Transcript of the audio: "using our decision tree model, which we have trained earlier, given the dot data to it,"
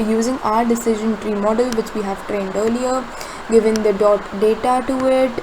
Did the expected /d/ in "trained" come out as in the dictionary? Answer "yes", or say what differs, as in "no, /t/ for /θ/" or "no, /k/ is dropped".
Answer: yes